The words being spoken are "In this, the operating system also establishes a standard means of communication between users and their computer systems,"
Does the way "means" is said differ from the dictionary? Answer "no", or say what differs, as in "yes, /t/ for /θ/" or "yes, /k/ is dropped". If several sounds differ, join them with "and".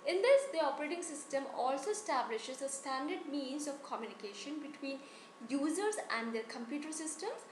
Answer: no